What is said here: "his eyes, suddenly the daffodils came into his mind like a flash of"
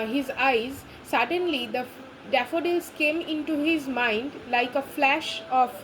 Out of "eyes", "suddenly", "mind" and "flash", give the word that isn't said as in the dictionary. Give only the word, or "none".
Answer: none